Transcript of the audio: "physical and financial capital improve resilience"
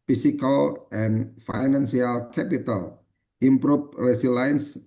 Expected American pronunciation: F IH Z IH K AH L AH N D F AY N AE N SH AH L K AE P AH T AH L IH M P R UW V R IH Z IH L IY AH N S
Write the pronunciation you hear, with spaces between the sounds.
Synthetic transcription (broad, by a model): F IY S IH K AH L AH N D F AY N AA N S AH L K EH P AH T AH L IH M P R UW P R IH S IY L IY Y N S